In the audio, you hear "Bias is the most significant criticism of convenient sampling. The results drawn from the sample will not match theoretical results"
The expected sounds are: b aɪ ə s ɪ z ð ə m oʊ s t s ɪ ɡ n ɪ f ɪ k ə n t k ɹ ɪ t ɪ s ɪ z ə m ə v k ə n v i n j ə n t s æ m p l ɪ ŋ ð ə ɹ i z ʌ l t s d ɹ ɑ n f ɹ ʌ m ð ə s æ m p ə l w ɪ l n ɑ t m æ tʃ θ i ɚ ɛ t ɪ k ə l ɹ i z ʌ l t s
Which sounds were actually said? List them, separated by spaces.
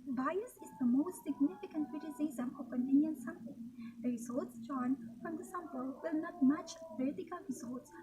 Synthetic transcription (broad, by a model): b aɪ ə s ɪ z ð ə m oʊ s t s ɪ ɡ n ɪ f ɪ k ə n t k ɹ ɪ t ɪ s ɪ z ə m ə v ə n i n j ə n s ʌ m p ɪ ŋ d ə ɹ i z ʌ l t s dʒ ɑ n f ɹ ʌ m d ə s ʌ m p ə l w ɪ l n ɑ t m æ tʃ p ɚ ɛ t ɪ k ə l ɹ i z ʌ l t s